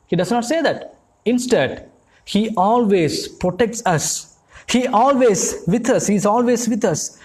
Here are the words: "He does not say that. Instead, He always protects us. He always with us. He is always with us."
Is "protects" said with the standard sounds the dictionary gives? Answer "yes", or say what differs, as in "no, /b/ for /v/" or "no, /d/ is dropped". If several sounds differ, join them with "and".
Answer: yes